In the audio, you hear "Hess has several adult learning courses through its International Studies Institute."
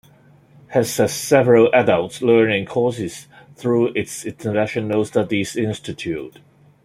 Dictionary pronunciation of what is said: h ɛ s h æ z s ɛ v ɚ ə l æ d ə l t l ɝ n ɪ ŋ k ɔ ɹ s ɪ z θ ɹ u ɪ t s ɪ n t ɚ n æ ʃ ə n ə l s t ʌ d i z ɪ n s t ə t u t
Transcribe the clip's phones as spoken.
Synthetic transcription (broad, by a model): h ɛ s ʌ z s ɛ v ɚ ə l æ d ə l t l ɝ n ɪ ŋ k ɔ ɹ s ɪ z θ ɹ u ɪ t s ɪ n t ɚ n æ ʃ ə n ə l s t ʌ d i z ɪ n s t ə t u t